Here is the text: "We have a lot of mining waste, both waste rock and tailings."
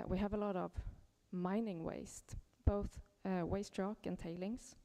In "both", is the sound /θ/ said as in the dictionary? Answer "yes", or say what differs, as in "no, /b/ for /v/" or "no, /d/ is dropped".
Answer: yes